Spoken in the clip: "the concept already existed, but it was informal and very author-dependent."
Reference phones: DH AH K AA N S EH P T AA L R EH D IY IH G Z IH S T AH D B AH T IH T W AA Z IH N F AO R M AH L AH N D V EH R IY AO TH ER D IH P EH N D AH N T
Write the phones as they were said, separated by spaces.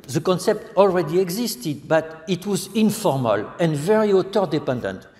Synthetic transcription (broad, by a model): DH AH K AA N S EH P T AA L R EH D IY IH G Z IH S T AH D B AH T IH T W AA Z IH N F AO R M AH L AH N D V EH R IY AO T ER D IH P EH N D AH N T